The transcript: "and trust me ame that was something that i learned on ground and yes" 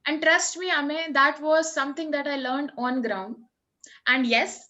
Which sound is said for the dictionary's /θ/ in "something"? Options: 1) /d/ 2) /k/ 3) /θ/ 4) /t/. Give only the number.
4